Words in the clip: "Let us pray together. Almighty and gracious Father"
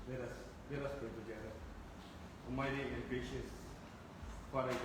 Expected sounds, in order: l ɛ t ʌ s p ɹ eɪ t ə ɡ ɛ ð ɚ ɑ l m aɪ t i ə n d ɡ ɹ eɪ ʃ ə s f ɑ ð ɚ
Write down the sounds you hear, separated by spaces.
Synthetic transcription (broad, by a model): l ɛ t ʌ s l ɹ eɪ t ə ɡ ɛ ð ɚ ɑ m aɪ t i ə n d ɡ ɹ eɪ ʃ ə s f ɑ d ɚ